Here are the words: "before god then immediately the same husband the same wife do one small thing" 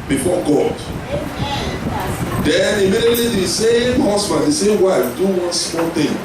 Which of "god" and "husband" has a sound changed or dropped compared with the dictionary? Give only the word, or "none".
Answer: husband